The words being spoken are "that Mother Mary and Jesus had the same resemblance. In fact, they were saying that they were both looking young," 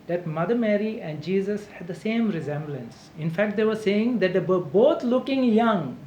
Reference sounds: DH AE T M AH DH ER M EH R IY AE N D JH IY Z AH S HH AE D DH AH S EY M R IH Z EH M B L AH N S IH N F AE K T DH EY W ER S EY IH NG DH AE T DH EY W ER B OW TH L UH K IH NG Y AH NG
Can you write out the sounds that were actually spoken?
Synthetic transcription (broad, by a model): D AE T M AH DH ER M EH R IY AE N D JH IY Z AH S HH AE D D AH S EY M R IH Z EH M B L AH N S IH N F AE K T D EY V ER S EY IH NG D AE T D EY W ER B OW T L UH K IH NG Y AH NG